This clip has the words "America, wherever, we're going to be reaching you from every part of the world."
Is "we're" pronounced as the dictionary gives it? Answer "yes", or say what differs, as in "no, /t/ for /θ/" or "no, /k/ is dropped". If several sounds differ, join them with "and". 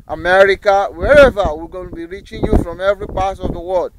no, /l/ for /ɹ/